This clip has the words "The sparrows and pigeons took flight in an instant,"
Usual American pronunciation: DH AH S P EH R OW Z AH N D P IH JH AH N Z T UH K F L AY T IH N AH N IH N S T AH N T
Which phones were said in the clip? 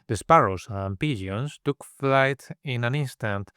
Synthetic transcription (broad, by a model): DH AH S P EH R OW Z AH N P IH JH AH N S T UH K F L AY T IH N AH N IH N S T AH N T